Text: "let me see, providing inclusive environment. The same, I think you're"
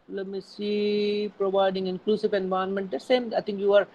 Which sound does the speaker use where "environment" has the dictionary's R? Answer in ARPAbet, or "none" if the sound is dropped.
none